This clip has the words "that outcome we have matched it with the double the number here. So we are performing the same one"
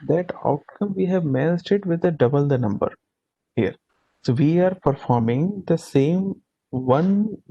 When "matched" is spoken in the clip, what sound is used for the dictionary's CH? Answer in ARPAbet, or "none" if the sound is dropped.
S